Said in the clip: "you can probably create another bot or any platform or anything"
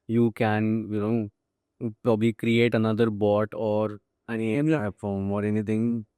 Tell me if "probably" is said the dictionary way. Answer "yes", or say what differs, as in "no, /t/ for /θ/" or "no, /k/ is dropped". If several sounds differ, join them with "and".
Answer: yes